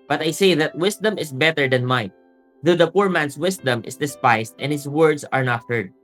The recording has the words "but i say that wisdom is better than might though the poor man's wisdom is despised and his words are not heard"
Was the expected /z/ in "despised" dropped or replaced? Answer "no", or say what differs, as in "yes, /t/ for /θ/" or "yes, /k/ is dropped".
yes, /s/ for /z/